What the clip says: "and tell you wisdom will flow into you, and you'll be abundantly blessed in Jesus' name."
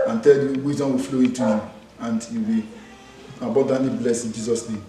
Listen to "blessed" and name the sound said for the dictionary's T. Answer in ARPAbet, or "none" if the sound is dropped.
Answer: none